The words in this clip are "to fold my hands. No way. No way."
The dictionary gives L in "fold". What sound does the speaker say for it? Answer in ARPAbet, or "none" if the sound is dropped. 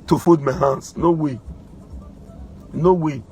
none